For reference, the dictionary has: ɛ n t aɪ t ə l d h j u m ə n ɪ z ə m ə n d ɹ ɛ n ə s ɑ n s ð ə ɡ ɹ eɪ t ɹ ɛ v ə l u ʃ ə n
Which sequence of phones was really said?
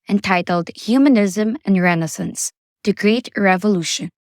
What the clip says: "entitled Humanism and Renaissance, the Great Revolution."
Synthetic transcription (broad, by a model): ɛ n t aɪ t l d h j u m ə n ɪ z ə m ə n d ɹ ɛ n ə s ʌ n s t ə ɡ ɹ eɪ t ɹ ɛ v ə l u ʃ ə n